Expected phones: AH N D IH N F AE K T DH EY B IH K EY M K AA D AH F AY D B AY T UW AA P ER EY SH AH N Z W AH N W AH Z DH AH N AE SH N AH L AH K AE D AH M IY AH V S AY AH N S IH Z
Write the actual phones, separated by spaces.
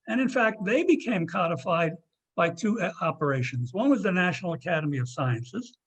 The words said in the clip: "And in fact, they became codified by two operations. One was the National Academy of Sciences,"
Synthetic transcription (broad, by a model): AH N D IH N F AE K T DH EY B IH K EY M K AA D AH F AY D B AY T UW AA P ER EY SH AH N Z W AH N W AH Z DH AH N AE SH N L AH K AE D AH M IY AH V S AY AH N S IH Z